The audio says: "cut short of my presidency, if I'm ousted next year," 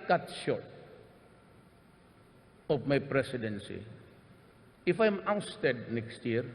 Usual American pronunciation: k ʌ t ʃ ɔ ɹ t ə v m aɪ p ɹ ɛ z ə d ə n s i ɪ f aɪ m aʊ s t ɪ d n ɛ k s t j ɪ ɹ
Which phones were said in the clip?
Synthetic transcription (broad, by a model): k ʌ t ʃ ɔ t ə p m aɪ p ɹ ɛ s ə d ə n s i ɪ f aɪ m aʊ s t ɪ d n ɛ k s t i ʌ ɹ